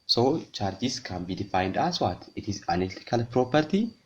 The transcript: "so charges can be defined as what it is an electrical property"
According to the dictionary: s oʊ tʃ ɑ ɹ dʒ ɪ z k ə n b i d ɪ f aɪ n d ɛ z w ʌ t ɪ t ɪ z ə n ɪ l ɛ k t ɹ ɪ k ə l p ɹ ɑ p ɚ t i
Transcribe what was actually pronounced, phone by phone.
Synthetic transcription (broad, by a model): s oʊ tʃ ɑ ɹ dʒ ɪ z k ə n b i d ɪ f aɪ n d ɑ s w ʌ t ɪ t ɪ z ə n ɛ t ɪ k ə l p ɹ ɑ p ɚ t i